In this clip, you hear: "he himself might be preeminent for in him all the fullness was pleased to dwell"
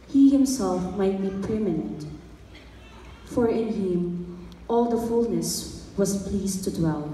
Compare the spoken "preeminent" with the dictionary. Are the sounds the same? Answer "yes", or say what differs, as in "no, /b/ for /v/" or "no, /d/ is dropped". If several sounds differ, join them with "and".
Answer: no, /ɹ/ is dropped